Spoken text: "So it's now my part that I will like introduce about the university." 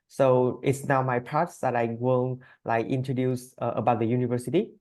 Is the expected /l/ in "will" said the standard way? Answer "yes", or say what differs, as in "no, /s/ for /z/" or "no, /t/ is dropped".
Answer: no, /n/ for /l/